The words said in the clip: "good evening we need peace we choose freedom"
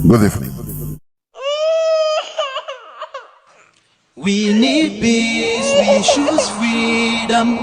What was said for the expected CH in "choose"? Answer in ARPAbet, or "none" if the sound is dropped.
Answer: SH